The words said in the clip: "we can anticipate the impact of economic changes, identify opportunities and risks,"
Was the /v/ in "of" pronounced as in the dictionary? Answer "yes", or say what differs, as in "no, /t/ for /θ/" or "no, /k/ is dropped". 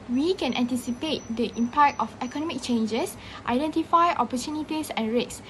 no, /f/ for /v/